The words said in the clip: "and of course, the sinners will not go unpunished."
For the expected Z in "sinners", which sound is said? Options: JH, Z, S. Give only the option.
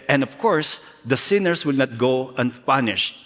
S